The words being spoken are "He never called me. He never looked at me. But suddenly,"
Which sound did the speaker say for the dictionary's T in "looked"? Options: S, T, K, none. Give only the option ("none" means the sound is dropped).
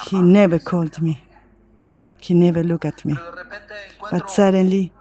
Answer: none